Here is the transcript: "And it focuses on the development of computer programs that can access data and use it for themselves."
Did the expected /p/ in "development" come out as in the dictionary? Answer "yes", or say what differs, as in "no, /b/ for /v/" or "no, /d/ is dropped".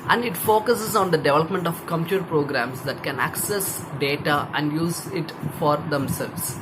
yes